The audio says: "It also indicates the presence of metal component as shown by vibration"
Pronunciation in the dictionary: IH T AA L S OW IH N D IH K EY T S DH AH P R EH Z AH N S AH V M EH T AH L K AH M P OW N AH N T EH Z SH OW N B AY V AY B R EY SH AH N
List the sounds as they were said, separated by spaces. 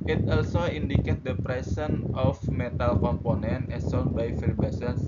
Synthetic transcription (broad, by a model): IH T AA L S OW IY N D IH K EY T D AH P R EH S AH N AH F M EH T AH L K AH M P OW N AH N T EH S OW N B AY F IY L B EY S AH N